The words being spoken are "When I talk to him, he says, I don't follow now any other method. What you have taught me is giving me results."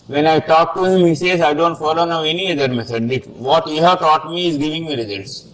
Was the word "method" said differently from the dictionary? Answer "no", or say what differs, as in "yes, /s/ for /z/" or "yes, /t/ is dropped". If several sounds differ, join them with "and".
yes, /s/ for /θ/